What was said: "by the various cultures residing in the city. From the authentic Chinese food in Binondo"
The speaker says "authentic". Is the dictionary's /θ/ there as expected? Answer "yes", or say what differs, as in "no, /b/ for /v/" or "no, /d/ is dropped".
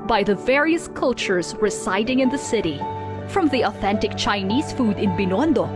yes